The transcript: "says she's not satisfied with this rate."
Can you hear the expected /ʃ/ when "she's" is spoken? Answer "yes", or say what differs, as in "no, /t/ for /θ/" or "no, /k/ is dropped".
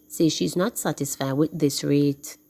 yes